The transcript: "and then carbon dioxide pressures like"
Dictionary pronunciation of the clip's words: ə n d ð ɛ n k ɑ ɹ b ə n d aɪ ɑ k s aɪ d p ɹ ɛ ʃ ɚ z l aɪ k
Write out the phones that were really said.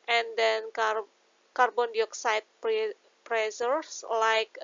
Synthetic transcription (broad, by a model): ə n d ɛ n k ɑ ɹ b ə n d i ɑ k s aɪ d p ɹ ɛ s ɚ s l aɪ k